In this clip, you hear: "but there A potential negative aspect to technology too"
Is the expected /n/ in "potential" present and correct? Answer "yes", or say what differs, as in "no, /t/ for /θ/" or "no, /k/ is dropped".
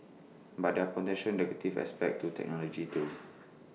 no, /n/ is dropped